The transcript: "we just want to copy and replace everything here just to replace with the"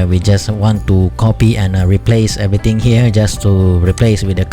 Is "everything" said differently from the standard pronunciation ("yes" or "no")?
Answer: yes